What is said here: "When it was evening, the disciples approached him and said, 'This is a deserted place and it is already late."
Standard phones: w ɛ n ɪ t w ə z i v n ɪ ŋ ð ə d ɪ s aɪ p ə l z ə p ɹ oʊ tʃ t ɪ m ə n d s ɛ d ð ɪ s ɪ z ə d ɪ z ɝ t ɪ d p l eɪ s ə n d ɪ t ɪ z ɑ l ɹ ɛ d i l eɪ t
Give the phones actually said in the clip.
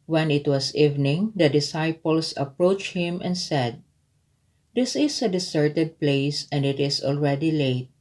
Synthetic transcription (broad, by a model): w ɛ n ɪ t w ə s i v n ɪ ŋ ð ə d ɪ s aɪ p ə l s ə p ɹ oʊ tʃ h ɪ m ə n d s ɛ d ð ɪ s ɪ s ə d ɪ s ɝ t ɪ d p l eɪ s ə n d ɪ t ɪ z ɑ l ɹ ɛ d i l eɪ t